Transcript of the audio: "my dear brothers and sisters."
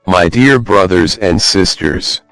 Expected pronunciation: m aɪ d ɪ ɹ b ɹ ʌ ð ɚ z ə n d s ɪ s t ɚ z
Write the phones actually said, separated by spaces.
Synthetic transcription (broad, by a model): m aɪ d ɪ ɹ b ɹ ʌ ð ɚ z ə n d s ɪ s t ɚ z